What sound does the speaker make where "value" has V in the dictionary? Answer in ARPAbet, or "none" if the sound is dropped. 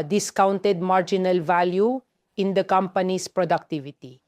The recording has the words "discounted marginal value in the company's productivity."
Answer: V